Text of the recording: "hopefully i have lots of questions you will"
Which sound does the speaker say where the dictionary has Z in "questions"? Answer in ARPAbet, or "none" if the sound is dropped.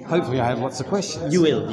none